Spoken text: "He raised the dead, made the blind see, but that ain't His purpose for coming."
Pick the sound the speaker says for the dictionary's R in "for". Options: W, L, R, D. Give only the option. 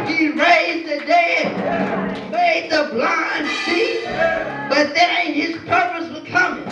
L